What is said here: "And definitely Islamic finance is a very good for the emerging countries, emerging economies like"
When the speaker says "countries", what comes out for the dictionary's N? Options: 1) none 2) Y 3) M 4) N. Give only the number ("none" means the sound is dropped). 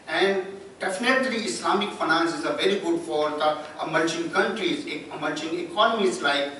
4